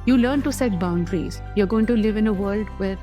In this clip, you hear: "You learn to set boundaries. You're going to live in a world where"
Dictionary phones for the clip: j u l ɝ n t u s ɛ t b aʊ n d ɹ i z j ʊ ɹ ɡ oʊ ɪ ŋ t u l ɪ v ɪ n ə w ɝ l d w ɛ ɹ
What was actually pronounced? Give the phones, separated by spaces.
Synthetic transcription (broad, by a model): j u l ɝ n t u s ɛ t b aʊ n d ɹ i z j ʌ ɹ ɡ oʊ ɪ ŋ t u l ɪ v ɪ n ə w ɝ l d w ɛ ɹ